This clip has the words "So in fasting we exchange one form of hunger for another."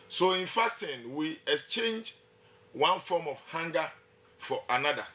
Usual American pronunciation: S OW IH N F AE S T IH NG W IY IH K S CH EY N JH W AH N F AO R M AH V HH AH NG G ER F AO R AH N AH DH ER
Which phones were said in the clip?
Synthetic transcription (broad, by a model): S OW IH N F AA S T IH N W IY IH K S CH EY N JH W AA N F AO M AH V HH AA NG G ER F AO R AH N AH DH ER